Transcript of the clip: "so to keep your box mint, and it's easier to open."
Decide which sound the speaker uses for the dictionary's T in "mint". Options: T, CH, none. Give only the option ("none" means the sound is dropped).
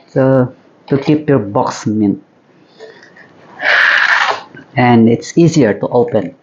none